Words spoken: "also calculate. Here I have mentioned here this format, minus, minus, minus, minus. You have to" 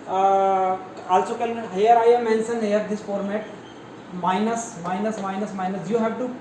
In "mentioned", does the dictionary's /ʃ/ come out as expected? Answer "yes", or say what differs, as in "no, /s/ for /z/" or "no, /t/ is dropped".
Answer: no, /s/ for /ʃ/